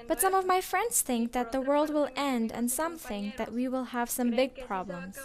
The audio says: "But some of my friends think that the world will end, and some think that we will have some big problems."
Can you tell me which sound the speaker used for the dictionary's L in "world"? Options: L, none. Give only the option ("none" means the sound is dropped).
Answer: L